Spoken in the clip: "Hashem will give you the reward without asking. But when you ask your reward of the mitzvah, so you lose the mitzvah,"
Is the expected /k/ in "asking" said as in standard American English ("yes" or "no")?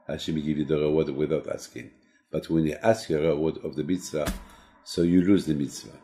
yes